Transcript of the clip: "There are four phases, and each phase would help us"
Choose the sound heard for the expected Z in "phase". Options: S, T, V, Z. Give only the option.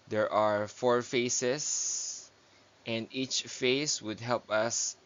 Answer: S